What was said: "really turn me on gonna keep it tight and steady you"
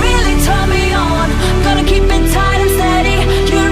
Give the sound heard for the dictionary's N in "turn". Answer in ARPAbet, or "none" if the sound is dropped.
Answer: L